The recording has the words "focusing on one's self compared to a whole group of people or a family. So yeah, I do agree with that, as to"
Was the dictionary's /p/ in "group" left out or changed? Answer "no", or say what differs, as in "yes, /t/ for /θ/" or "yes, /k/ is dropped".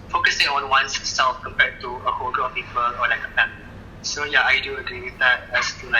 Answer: yes, /p/ is dropped